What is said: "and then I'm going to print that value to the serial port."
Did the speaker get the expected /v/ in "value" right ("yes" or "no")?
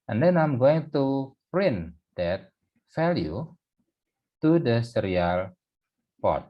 no